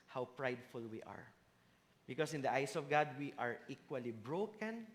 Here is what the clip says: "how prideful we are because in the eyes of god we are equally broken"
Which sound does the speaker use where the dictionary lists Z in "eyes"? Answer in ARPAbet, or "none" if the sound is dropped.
S